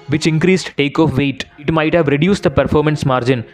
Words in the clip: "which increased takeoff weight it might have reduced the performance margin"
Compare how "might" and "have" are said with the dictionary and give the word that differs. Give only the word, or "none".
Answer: none